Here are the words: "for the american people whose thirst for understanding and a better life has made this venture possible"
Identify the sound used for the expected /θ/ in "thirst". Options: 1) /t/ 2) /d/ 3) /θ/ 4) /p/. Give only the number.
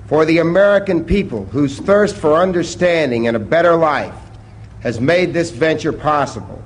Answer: 3